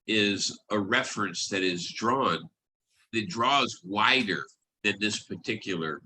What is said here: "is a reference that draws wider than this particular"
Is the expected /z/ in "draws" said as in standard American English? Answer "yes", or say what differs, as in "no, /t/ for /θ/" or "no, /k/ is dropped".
yes